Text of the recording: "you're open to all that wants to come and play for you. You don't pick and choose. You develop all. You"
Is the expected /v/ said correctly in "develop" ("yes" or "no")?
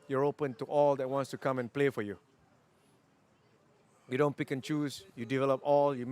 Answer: yes